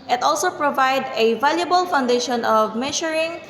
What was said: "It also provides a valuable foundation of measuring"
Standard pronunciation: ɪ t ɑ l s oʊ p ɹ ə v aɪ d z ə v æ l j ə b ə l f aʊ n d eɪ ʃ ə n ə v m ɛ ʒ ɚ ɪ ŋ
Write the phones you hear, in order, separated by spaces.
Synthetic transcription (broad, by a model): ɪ t ɑ l s oʊ p ɹ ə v aɪ d ə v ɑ l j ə b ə l f aʊ n d eɪ ʃ ə n ə v m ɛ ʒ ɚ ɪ ŋ